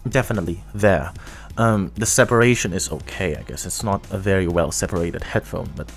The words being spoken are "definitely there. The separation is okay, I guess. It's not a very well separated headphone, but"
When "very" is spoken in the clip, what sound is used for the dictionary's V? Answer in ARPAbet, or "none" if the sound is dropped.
V